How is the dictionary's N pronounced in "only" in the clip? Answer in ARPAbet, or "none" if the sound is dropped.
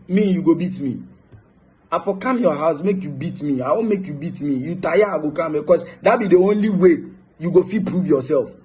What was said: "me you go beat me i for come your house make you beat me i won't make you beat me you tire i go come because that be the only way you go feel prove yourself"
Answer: N